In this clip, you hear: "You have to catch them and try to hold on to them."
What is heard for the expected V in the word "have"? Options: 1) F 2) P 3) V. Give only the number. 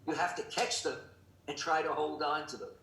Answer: 1